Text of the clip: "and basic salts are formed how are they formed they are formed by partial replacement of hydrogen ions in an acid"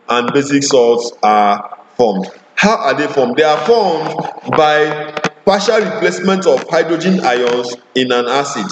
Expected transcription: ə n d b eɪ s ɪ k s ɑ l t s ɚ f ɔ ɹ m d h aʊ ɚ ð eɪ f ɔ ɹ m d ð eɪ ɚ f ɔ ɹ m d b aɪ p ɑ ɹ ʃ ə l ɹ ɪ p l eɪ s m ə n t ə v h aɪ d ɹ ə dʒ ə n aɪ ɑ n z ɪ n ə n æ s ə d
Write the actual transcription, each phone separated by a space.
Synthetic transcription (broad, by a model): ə n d b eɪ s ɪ k s ɑ t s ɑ f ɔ m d h aʊ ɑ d eɪ f ɔ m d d eɪ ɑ f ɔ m d b aɪ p ɑ ʃ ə l ɹ ɪ p l eɪ s m ə n t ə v h aɪ d ɹ ə dʒ ə n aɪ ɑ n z ɪ n ə n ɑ s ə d